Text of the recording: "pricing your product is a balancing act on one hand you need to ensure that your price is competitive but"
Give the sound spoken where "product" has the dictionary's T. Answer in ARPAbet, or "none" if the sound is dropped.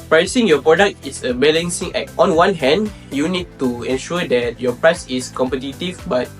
T